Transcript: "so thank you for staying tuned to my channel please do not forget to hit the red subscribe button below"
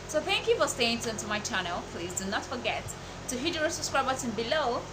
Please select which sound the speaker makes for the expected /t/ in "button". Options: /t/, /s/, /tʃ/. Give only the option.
/s/